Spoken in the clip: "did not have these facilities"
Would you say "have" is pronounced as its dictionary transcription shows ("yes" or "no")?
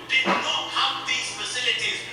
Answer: no